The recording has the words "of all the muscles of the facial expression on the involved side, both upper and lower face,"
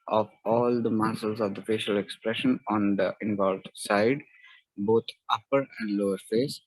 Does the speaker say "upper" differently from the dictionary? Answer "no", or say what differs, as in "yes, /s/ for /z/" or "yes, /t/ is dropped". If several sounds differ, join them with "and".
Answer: no